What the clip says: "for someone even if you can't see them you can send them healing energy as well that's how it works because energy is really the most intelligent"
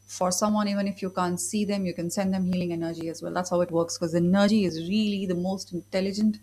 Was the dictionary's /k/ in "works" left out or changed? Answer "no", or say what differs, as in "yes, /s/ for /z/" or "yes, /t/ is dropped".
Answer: no